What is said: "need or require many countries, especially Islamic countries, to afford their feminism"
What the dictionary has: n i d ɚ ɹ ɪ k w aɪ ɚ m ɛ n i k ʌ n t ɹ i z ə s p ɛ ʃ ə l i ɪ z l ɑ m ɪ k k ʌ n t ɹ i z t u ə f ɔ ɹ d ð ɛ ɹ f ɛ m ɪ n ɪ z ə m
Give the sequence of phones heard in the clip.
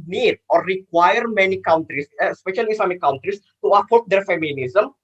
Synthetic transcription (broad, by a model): n i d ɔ ɹ ɪ k w aɪ ɚ m ɛ n i k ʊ n t ɹ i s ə s p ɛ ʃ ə l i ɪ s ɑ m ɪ k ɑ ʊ n t ɹ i s t u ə p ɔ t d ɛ ɹ f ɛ m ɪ n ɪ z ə m